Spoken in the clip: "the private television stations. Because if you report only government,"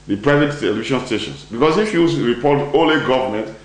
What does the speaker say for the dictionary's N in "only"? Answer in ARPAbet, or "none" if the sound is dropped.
none